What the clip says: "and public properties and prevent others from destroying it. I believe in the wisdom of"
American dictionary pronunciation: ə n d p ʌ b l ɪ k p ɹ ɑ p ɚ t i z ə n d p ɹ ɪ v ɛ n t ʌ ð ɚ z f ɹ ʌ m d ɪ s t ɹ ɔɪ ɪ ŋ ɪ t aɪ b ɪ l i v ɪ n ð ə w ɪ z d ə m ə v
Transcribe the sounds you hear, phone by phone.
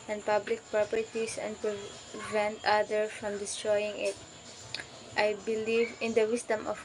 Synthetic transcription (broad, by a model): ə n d p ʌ b l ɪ k p ɹ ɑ p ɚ t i s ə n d p ɹ ɪ v ɛ n t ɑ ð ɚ f ɹ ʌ m d ɪ s t ɹ ɔɪ ɪ ŋ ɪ t aɪ b ɪ l i v ɪ n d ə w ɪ s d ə m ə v